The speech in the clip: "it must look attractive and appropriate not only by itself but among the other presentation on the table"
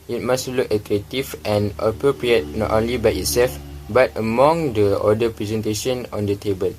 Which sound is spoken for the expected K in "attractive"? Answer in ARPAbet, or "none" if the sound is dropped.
none